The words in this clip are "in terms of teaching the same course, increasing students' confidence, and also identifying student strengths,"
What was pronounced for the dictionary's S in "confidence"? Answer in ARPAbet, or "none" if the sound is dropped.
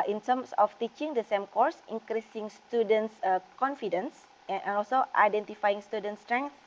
S